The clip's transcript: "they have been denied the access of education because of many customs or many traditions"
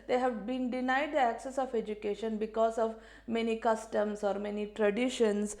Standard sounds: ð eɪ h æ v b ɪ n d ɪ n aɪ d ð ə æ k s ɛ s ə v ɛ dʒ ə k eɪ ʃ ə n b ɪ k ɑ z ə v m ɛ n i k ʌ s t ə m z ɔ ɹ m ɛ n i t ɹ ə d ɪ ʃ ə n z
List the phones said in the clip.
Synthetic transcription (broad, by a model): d eɪ h æ v b ɪ n d ɪ n aɪ d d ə æ k s ɛ s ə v ɛ dʒ ə k eɪ ʃ ə n b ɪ k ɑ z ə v m ɛ n i k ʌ s t ə m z ɔ ɹ m ɛ n i t ɹ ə d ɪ ʃ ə n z